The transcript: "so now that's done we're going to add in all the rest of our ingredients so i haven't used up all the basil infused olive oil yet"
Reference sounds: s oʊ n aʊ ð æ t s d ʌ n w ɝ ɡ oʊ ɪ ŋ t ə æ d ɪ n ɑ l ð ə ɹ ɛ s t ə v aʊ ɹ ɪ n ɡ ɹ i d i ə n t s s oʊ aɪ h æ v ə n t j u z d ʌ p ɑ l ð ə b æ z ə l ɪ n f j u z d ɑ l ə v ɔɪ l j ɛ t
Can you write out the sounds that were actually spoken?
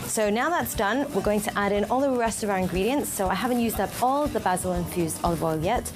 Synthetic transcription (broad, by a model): s oʊ n aʊ ð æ t s d ʌ n w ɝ ɡ oʊ ɪ ŋ t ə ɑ d ɪ n ɑ l ð ə ɹ ɛ s t ə v aʊ ɹ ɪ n ɡ ɹ i d i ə n t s s oʊ aɪ h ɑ v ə n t j u z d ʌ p ɑ l ð ə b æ z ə l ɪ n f j u z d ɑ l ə w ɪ l j ɛ t